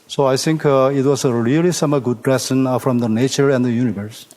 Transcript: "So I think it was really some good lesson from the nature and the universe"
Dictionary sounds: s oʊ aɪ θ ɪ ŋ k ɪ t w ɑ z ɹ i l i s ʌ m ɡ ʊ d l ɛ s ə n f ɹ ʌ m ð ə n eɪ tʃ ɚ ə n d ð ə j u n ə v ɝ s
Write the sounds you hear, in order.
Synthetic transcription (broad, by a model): s oʊ aɪ t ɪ ŋ k ɪ t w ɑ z ɹ i l i s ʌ m ɡ ʊ d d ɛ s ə n f ɹ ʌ m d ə n eɪ tʃ ɚ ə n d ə j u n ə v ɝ s